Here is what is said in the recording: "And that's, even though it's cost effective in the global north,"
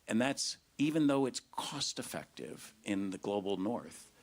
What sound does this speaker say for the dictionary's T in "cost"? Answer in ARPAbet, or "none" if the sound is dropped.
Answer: T